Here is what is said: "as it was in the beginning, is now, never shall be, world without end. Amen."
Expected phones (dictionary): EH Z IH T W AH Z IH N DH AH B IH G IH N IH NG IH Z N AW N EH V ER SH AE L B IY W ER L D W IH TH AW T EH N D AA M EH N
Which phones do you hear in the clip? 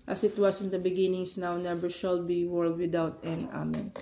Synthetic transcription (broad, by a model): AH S IH T W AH S IH N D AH B IH G IH N IH NG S N AW N EH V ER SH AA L B IY W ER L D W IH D AW T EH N AA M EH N